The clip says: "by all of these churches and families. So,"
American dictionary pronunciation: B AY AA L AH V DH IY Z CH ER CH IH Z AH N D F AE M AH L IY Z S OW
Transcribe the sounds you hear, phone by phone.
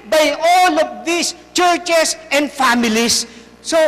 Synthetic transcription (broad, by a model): B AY AA L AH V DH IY S CH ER CH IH S AH N D F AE M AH L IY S S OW